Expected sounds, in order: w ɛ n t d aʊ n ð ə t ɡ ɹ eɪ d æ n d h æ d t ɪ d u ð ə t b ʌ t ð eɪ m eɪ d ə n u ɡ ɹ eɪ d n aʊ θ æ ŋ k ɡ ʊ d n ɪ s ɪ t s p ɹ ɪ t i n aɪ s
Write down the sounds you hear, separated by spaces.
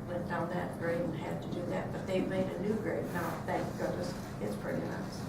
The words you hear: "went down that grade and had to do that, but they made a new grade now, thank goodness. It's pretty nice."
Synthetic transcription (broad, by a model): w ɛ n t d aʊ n ð ə t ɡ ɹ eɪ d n h æ d t ɪ d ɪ ð ə t b ʌ t ð eɪ m eɪ d ə n u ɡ ɹ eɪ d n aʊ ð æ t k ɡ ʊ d ɪ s ɪ t s p ɹ ɪ t i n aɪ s